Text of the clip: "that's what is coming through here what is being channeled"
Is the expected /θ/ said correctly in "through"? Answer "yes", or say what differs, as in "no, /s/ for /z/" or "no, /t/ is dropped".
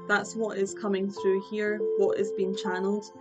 yes